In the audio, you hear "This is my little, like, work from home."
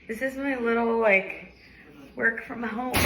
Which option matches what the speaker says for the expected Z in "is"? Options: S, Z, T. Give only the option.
Z